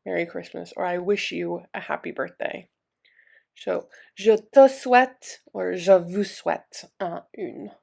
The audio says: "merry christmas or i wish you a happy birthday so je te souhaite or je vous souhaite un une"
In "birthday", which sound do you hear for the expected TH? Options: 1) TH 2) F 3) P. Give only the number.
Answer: 1